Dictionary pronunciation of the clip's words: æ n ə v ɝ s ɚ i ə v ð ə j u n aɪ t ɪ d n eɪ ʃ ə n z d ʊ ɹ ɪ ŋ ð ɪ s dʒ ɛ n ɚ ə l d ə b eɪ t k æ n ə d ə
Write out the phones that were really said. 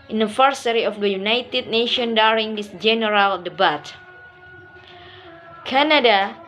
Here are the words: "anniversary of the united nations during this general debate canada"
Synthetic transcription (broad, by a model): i n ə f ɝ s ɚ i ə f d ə j u n aɪ t ɪ d n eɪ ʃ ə n d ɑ ɹ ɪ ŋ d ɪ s dʒ ɛ n ɚ ə l d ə b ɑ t k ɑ n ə d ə